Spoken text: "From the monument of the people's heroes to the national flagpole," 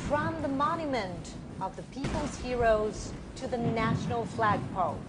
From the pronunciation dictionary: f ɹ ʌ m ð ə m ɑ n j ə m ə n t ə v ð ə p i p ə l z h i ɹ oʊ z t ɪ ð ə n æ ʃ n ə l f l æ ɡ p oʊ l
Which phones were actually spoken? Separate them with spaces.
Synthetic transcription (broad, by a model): f ɹ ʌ m ð ə m ɑ n j ə m ə n t ə v ð ə p i p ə l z h i ɹ oʊ z t ɪ ð ə n æ ʃ n l f l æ ɡ p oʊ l